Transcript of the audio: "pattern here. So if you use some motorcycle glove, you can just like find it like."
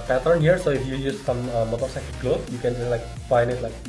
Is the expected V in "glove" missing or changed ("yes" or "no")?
yes